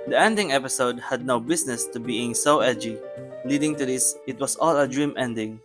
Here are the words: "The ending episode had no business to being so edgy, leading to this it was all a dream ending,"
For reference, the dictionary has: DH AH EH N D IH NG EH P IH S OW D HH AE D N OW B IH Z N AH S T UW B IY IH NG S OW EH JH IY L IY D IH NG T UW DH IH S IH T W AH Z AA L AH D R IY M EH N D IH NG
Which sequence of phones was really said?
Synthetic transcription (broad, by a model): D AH EH N D IH NG EH P IH S OW D HH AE D N OW B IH S N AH S T UW B IY IH NG S OW EH JH IY L IY D IH NG T UW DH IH S IH T W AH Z AA L AH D R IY M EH N D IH NG